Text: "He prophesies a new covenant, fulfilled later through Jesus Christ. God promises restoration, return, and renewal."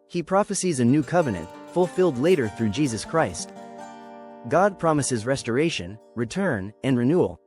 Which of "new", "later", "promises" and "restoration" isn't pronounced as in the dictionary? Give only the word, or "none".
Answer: none